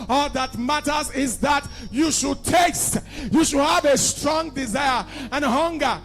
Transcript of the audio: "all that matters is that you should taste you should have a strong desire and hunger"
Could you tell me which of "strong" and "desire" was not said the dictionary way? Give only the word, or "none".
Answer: none